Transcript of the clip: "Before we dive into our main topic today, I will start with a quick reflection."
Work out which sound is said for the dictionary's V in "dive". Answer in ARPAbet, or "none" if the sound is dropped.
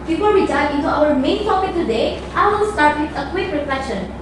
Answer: none